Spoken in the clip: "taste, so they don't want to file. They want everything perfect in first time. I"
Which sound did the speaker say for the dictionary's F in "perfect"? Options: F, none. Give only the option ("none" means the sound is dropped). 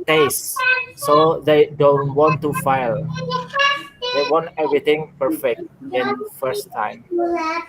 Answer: F